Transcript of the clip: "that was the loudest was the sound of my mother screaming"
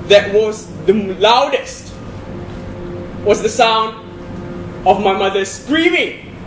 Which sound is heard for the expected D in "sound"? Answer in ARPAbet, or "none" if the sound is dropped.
D